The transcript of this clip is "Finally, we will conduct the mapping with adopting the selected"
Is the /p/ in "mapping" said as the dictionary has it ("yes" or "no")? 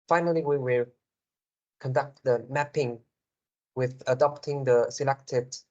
yes